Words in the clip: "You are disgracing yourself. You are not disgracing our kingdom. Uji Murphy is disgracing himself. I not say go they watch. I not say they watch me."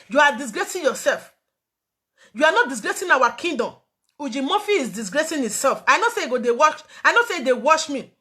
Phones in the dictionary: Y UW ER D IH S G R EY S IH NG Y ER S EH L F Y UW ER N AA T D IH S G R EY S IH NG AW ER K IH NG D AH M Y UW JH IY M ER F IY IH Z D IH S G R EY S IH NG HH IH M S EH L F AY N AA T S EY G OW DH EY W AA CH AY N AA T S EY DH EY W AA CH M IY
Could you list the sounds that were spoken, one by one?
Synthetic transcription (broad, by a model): Y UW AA D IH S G R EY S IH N Y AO S EH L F Y UW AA N AA T D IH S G R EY S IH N AW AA K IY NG D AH M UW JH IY M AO F IY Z D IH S G R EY S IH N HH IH S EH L F AY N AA S EY G OW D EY W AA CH AY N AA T S EY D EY W AA SH M IY